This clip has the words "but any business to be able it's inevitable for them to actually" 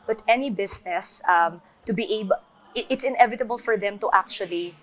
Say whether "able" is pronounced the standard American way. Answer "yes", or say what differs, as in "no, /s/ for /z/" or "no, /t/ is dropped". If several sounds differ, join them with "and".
no, /b/ is dropped